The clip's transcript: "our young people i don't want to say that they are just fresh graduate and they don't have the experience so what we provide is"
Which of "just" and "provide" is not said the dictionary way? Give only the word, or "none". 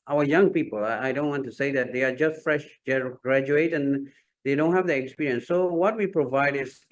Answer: none